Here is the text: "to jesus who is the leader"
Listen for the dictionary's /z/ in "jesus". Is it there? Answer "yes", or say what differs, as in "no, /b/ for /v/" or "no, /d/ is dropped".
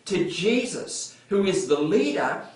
yes